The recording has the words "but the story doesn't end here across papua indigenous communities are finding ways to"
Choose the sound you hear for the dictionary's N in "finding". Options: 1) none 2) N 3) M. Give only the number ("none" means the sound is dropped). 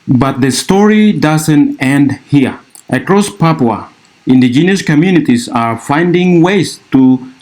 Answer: 2